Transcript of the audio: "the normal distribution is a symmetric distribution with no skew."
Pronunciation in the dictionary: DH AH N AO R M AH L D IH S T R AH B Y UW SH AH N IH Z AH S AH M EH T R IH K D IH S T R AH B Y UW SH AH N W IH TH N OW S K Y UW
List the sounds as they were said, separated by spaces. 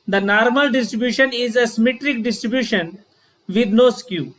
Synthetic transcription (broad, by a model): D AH N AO R M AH L D IH S T R AH B Y UW SH AH N IH Z AH S AH M EH T R IH K D IH S T R AH B Y UW SH AH N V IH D N OW S K Y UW